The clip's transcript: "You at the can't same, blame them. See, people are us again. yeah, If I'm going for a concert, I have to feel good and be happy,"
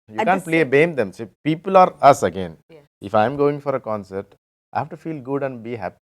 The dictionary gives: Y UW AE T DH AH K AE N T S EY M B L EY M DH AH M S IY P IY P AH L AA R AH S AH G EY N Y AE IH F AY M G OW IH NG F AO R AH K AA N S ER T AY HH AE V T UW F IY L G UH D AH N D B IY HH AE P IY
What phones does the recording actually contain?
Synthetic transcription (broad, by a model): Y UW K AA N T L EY B EY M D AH M S IY P IY P AH L AA R AH S AH G EY N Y IH F AY M G OW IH NG F AO R AH K AA N S ER T AY HH AE V T UW F IY L G UH D AH N D B IY HH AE P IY